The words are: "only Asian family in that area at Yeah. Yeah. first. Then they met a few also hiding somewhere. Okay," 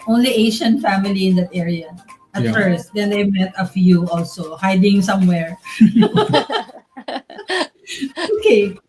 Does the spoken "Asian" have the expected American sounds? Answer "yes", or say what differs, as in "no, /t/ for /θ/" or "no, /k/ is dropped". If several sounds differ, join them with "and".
no, /ʃ/ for /ʒ/